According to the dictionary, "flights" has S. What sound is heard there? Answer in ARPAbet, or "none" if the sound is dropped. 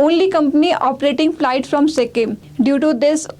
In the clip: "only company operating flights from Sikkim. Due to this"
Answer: none